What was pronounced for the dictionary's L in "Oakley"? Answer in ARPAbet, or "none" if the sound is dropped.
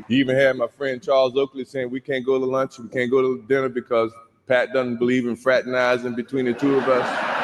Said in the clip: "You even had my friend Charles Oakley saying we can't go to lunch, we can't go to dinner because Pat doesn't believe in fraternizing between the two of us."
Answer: L